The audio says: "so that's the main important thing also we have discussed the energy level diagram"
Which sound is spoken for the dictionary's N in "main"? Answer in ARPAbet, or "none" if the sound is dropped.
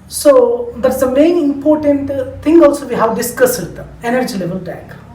N